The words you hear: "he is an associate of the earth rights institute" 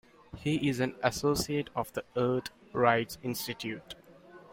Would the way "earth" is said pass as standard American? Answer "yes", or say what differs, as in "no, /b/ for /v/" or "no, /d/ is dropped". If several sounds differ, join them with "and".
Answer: no, /t/ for /θ/